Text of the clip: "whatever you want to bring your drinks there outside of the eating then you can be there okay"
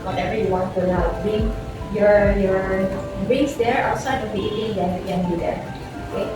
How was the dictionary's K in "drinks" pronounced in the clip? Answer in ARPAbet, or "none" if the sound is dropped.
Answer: none